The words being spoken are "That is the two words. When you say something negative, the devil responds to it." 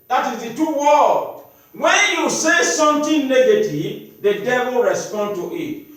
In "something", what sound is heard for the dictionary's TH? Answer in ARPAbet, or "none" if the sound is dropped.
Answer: T